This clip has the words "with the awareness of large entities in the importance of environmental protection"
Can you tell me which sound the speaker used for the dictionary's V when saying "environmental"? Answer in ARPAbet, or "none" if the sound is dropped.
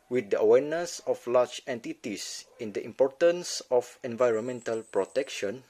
V